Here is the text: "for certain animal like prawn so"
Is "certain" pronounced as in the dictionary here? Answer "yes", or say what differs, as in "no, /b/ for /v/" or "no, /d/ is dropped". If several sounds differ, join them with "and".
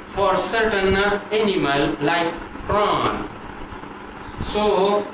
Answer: yes